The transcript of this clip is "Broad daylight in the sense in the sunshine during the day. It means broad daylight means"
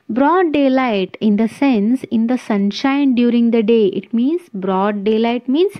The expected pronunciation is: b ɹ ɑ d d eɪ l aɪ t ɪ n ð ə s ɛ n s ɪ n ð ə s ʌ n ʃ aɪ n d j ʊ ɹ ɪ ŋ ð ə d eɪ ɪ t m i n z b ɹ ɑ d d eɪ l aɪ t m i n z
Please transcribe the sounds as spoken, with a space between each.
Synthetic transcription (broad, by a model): b ɹ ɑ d d eɪ l aɪ t ɪ n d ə s ɛ n s ɪ n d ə s ʌ n ʃ aɪ n d j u ɹ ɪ ŋ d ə d eɪ ɪ t m i n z b ɹ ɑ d d eɪ l aɪ t m i n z